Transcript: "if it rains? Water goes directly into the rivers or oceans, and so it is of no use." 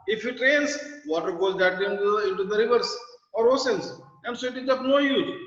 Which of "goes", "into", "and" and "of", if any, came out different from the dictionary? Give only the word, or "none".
of